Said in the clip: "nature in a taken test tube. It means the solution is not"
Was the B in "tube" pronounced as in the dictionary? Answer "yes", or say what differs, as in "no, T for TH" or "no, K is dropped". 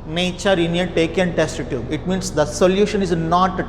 no, B is dropped